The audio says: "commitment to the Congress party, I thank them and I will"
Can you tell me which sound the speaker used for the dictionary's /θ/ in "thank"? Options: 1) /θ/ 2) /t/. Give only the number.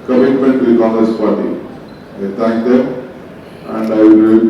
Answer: 2